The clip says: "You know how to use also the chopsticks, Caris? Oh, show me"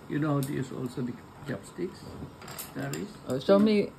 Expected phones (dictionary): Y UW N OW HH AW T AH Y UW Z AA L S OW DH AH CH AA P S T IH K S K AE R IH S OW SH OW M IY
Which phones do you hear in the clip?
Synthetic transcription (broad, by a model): Y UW N OW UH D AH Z AA L S OW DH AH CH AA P S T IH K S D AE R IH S OW S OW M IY